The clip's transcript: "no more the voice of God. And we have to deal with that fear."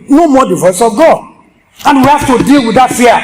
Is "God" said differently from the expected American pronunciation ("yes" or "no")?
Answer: yes